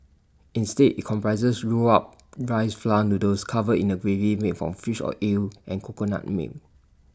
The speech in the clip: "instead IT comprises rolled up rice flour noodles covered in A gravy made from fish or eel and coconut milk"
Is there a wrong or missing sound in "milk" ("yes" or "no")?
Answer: yes